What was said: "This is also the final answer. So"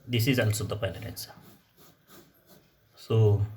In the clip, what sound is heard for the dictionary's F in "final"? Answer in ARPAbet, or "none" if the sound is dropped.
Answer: P